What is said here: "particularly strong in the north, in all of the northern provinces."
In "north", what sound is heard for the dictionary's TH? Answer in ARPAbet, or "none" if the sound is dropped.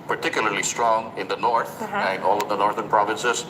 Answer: T